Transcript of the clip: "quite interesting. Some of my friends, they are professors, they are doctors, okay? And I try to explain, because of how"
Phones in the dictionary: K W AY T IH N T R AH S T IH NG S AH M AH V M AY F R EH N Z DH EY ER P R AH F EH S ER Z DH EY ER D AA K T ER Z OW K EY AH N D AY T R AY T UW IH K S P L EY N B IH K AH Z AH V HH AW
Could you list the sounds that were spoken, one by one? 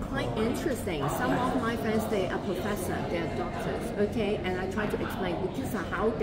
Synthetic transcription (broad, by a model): K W AY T IH N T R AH S T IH NG S AH M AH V M AY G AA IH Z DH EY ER P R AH F EH S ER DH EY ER D AA K T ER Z OW K EY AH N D AY T R AY T UW IH K S P L EY N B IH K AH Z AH HH AW